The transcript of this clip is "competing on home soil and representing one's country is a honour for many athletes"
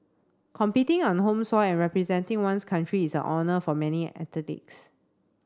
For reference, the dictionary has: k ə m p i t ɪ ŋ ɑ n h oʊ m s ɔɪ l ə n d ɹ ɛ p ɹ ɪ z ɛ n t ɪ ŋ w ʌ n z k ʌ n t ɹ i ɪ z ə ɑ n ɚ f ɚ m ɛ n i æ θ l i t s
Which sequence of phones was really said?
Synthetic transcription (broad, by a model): k ə m p i t ɪ ŋ ɑ n h oʊ m s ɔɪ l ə n ɹ ɛ p ɹ ɪ z ɛ n t ɪ ŋ w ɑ n s k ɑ n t ɹ i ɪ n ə ɑ n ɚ f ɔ m ɛ n i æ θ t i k s